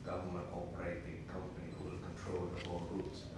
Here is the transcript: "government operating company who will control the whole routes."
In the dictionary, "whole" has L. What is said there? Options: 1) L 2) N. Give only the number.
2